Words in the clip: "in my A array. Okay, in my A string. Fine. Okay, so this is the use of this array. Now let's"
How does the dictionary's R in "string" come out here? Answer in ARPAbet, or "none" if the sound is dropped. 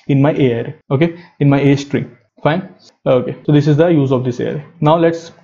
R